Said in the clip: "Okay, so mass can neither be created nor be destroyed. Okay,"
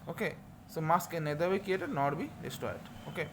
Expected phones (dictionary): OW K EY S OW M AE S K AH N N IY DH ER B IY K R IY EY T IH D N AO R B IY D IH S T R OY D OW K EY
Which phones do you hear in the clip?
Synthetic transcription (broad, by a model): OW K EY S OW M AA S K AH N N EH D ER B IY K IY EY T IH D N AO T B IY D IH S T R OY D OW K EY